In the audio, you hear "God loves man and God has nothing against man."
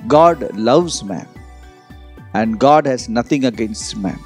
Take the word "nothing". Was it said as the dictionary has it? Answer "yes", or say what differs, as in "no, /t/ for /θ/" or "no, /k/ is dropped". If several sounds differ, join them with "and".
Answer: no, /t/ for /θ/